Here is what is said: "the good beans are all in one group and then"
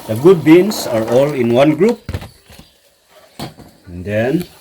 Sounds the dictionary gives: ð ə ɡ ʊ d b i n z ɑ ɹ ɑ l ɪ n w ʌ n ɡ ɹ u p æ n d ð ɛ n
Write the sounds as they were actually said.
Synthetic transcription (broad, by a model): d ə ɡ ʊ d b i n s ɑ ɹ ɑ l ɪ n w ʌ n ɡ ɹ u p n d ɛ n